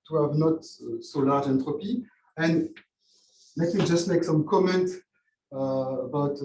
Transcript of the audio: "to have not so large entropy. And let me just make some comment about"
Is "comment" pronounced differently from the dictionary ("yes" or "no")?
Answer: no